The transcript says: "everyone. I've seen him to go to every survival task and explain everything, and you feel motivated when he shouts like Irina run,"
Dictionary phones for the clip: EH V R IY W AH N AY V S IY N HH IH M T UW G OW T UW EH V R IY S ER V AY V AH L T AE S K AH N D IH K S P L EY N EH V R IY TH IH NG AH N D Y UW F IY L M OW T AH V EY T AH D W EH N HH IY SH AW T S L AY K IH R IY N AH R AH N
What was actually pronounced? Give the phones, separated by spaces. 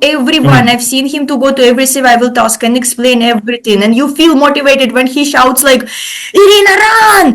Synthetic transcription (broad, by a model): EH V R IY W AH N AY V S IY N HH IH M T UW G OW T UW EH V R IY S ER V AY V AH L T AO S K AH N IH K S P L EY N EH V R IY T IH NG AH N D Y UW F IY L M OW T AH V EY T AH D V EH N HH IY SH AW T S L AY K IH R IY N AH R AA N